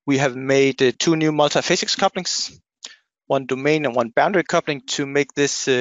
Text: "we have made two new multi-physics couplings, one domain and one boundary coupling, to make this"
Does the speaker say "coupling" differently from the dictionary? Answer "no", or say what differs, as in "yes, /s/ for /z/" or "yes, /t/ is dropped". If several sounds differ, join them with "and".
no